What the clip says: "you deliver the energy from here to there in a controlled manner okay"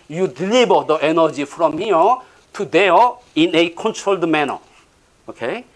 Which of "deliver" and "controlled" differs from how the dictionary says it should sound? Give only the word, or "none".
deliver